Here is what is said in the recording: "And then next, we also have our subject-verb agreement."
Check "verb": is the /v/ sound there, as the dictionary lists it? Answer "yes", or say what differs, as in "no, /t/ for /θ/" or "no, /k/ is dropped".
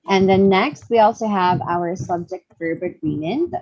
no, /f/ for /v/